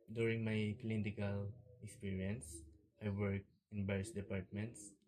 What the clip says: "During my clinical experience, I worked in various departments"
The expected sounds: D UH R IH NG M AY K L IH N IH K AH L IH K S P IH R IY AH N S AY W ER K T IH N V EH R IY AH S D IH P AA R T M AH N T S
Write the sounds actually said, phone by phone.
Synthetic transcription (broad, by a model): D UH R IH NG M AY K L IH N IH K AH L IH K S P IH R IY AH N S AY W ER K IH N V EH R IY S D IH P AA R T M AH N T S